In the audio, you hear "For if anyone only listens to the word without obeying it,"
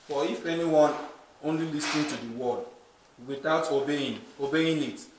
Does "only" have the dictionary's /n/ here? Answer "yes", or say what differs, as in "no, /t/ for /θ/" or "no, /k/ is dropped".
yes